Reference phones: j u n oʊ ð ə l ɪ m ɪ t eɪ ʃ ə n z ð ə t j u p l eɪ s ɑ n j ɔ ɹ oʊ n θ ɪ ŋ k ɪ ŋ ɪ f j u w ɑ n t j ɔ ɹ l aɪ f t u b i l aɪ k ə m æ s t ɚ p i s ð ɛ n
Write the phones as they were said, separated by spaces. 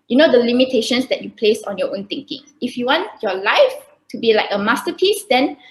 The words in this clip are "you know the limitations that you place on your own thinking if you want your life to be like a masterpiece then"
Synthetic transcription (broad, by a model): j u n oʊ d ə l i m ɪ t eɪ ʃ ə n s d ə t j u p l eɪ s ɑ n j ɔ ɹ oʊ n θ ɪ ŋ k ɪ ŋ ɪ f j u w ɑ n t j ɔ l aɪ f t u b i l aɪ k ə m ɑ s t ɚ p i s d ɛ n